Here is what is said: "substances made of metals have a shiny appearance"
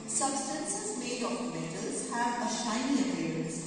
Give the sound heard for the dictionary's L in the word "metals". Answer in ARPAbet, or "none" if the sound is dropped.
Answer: none